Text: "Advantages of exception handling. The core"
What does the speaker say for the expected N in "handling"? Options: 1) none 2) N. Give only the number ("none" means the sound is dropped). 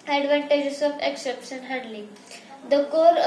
1